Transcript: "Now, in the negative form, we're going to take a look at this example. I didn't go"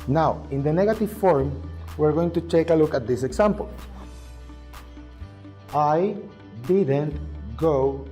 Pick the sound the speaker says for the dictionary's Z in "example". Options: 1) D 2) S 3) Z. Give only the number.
2